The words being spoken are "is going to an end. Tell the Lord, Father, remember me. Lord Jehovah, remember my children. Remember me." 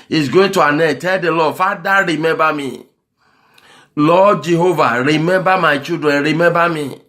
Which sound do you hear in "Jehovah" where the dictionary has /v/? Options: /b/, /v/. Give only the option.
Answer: /v/